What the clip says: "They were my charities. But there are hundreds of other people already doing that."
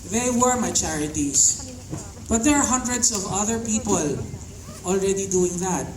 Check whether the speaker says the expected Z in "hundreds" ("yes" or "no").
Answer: no